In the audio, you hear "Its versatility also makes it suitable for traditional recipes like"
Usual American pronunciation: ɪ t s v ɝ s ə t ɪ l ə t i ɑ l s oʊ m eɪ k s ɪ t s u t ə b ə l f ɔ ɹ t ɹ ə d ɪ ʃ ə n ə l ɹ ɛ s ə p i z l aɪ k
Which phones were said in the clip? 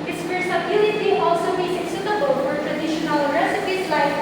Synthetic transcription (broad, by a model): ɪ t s p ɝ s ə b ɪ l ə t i ɑ l s oʊ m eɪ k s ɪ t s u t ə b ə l f ɔ ɹ t ɹ ə d ɪ ʃ ə n ə l ɹ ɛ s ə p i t l aɪ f